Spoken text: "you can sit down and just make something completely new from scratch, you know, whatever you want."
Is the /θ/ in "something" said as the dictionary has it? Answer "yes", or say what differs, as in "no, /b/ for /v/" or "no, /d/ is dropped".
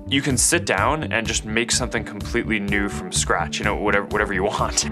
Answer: yes